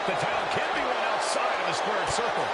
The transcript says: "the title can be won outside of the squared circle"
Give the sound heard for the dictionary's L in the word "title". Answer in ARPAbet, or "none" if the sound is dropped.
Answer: N